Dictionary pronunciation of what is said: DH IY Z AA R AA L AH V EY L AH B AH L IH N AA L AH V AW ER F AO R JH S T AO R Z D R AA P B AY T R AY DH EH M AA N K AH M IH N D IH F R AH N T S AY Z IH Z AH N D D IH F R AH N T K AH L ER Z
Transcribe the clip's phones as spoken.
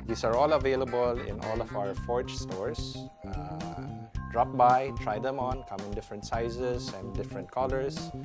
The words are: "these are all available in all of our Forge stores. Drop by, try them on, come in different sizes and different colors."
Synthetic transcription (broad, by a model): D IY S AA R AA L AH V EY L AH B AH L IH N AA L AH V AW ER F AO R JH S T AO R S D R AA P B AY T R AY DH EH M AA N K AH M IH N D IH F R AH N T S AY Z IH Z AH N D D IH F R AH N T K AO L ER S